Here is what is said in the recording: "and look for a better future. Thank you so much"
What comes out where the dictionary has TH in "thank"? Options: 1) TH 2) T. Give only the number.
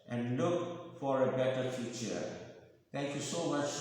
2